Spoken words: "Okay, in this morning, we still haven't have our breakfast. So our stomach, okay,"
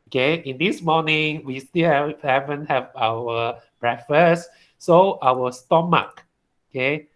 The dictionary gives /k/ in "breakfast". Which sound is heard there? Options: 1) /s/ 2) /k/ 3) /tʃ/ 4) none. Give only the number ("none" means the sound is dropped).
4